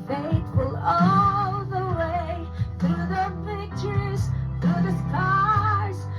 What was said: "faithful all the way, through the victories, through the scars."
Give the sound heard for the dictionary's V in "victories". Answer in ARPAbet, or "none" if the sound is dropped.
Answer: P